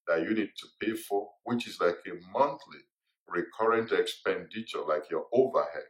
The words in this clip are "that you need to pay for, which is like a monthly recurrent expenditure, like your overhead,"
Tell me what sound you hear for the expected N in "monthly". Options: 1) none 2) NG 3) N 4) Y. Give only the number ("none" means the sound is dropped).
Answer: 3